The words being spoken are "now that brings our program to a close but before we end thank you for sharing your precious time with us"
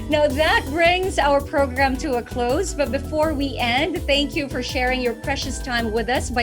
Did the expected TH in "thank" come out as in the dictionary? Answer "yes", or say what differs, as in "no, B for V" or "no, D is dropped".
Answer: yes